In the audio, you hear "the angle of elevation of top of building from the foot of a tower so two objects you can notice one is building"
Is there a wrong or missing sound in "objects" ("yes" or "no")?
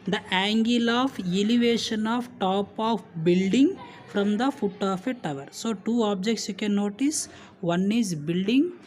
no